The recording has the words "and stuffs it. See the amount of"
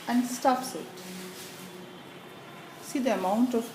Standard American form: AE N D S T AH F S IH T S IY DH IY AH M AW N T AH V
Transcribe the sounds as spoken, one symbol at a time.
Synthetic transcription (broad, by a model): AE N D S T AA P S IH T S IY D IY AH M AW N T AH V